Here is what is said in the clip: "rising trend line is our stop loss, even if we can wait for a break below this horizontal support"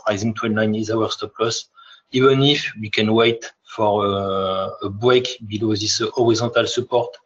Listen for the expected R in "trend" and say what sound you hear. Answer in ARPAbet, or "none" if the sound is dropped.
W